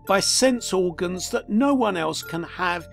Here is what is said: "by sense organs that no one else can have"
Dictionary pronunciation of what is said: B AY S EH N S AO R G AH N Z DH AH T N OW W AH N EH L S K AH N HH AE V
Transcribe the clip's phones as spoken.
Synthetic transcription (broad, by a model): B AY S EH N S AO R G AH N Z DH AH T N OW W AH N EH L S K AH N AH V